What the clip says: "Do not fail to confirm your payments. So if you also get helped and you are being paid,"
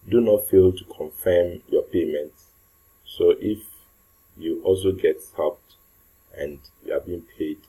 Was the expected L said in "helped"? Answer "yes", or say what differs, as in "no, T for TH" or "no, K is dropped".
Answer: no, L is dropped